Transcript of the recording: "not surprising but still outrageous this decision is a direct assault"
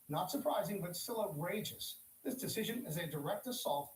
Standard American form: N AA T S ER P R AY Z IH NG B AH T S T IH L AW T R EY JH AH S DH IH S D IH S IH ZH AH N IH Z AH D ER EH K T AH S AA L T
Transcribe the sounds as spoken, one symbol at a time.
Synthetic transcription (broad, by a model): N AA T S ER P R AY Z IH NG B AH T S T IH L AW T R EY JH AH S DH IH S D IH S IH ZH AH N IH Z AH D ER EH K T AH S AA L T